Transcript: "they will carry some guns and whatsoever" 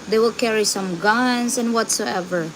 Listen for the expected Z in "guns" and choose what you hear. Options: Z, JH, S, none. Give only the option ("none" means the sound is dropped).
S